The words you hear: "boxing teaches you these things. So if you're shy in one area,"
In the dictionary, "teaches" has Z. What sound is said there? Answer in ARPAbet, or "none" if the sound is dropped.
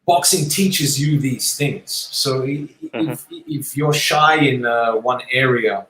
Z